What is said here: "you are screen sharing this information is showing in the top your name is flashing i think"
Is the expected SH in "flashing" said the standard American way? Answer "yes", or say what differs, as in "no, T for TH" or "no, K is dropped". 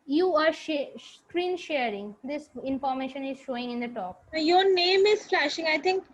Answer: yes